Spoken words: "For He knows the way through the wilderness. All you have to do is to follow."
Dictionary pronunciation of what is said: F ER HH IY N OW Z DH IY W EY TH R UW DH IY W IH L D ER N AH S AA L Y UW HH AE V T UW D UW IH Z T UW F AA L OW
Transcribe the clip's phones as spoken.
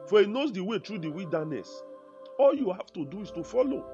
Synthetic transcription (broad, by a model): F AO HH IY N OW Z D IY W EY T R UW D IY W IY L D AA N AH S AA L Y UW HH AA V T UW D UW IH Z T UW F AA L OW